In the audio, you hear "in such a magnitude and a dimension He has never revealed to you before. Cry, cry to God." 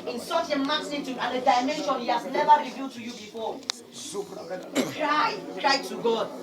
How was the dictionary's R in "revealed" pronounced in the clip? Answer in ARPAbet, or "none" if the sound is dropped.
R